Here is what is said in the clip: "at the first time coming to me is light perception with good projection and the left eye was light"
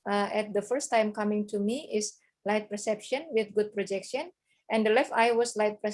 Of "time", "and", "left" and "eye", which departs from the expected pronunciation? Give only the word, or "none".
none